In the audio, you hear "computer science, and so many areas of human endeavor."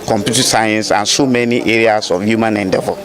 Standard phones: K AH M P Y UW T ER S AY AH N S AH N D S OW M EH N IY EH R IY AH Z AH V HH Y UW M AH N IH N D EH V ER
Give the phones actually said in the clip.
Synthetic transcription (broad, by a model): K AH M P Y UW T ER S AY AH N S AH N S OW M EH N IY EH R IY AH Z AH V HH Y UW M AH N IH N D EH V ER